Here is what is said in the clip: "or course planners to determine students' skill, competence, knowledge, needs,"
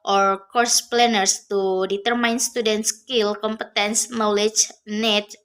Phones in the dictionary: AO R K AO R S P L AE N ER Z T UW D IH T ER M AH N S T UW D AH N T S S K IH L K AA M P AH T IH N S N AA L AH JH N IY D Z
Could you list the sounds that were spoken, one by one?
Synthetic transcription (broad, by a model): AO R K AO R S P L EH N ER S T UW D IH T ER M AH N S T UW D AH N T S S K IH L K AA M P AH T IH N S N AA L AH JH N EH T